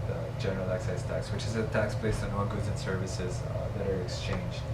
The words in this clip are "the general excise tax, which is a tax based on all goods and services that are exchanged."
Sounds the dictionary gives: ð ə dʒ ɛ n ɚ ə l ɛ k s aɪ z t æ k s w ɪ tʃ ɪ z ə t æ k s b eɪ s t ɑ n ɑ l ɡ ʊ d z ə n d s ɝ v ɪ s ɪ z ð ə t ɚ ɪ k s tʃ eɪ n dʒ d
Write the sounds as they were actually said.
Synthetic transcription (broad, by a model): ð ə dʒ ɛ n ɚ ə l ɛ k s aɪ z t æ k s w ɪ tʃ ɪ z ə t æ k s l eɪ s ɑ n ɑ ɡ ʊ d z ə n s ɝ v ɪ s ɪ z ð ə t ɚ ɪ k s tʃ eɪ n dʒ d